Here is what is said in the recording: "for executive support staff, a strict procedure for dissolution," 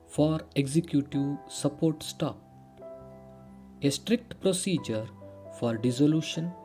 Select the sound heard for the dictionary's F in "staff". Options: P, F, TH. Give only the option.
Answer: P